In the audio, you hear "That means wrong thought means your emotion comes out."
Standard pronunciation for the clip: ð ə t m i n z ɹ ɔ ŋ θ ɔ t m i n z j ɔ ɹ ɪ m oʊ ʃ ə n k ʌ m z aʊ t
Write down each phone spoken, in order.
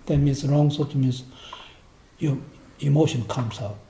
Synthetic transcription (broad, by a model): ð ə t m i n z ɹ ɔ ŋ s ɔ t m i n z j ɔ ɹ ɪ m oʊ ʃ ə n k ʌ m s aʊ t